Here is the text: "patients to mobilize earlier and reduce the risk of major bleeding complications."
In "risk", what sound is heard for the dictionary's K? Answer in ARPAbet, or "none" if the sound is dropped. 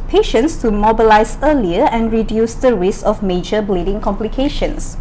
none